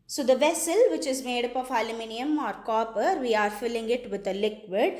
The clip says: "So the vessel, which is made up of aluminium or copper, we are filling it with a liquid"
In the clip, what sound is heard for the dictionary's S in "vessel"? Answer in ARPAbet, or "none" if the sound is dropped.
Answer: S